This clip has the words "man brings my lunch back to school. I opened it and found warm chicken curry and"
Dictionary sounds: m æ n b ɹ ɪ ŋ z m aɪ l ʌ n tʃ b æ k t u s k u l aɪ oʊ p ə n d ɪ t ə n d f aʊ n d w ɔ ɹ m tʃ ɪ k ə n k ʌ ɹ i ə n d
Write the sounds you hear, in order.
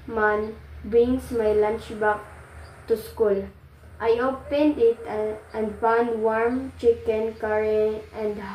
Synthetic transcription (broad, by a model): m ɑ n b ɹ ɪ ŋ s m aɪ l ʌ n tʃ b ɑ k t u s k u l aɪ oʊ p ə n d ɪ t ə n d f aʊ n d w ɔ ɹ m tʃ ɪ k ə n k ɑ ɹ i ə n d